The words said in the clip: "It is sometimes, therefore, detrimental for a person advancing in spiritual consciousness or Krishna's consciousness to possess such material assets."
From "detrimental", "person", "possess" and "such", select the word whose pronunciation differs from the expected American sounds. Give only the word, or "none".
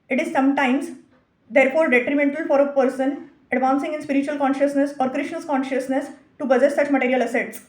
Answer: possess